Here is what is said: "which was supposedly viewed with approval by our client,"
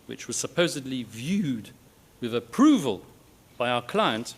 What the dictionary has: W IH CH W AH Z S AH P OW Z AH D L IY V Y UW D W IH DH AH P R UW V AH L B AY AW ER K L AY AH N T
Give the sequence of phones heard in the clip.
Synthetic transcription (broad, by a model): W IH CH W AH Z S AH P OW Z AH D L IY V Y UW D W IH DH AH P R UW V AH L B AY AW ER K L AY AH N T